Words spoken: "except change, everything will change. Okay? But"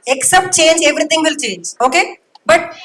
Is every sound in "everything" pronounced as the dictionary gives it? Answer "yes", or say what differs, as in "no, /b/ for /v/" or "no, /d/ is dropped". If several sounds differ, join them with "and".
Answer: no, /t/ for /θ/